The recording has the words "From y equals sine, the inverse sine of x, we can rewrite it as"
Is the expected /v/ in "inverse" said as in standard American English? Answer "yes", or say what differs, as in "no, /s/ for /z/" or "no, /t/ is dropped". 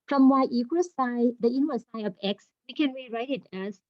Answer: no, /w/ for /v/